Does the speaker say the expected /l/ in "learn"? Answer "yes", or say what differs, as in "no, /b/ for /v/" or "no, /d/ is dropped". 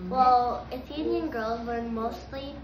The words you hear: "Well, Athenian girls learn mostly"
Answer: no, /w/ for /l/